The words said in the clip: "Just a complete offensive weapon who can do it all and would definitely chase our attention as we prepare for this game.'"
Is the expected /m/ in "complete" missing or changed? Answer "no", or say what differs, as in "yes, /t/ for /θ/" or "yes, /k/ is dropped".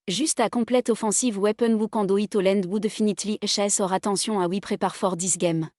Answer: yes, /m/ is dropped